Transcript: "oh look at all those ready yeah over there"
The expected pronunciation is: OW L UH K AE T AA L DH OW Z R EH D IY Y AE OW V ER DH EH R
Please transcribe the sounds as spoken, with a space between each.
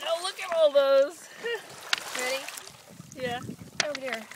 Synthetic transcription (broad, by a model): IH L UH K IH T AA L DH OW Z R EH D IY Y AE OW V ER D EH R